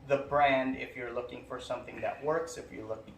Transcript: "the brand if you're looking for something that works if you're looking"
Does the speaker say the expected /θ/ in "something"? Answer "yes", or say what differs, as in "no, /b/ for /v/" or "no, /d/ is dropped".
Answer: yes